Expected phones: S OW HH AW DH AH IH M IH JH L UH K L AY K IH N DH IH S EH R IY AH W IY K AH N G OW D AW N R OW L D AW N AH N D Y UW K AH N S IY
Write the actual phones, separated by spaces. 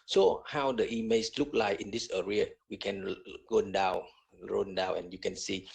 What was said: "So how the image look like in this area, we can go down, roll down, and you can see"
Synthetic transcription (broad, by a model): S OW HH AW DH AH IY M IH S L UH K L AY K IH N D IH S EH R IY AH W IY K AH N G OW D AW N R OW N D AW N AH N Y UW K AH N S IY